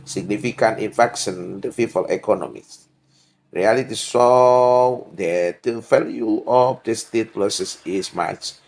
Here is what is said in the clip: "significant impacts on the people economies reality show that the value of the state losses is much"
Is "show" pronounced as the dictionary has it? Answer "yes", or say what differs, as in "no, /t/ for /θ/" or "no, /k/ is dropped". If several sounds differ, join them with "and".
no, /s/ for /ʃ/